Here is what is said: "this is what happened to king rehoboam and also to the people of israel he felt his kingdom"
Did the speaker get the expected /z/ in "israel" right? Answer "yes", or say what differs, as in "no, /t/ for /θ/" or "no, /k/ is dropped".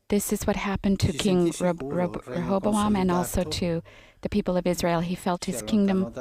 yes